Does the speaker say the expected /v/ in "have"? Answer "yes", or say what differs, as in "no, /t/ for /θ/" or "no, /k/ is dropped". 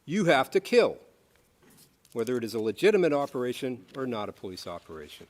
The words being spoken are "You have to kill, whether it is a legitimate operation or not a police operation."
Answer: no, /f/ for /v/